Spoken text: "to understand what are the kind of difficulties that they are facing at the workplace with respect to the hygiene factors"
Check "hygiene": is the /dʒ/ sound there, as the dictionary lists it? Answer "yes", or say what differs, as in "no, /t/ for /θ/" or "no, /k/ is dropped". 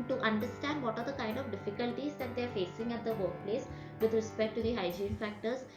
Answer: yes